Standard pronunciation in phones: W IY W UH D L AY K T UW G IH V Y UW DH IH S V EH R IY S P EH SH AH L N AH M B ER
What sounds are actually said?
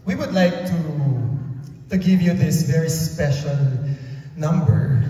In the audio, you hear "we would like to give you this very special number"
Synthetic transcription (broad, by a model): W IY W UH D L AY K T UW G IH V Y UW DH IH S V EH R IY S P EH SH AH L N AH M B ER